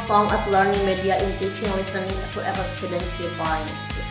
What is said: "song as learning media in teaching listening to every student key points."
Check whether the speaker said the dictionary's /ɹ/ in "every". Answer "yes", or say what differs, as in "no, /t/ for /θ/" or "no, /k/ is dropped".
no, /ɹ/ is dropped